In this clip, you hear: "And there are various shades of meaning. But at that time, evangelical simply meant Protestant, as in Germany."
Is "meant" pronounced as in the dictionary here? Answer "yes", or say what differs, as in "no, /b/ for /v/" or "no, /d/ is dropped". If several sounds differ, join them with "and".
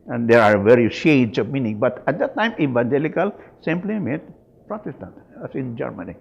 no, /n/ is dropped